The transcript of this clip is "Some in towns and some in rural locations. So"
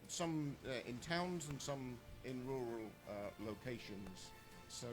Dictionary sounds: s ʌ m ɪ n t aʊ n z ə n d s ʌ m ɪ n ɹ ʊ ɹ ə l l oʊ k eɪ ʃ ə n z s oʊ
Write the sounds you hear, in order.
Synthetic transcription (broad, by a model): s ʌ m ɪ n t aʊ n z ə n s ʌ m ɪ n ɹ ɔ ɹ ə l l oʊ k eɪ ʃ ə n z s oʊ